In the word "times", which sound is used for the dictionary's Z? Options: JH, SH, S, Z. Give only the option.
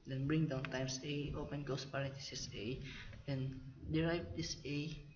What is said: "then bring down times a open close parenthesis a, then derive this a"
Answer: S